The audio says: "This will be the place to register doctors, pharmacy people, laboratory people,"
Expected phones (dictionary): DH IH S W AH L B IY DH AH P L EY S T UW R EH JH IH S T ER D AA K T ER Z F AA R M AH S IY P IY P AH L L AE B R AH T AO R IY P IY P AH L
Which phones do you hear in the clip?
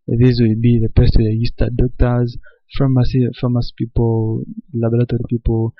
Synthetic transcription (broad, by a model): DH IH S W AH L B IY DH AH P EY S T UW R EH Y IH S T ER D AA K T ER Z F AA M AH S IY P IY P AH L L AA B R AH T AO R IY P IY P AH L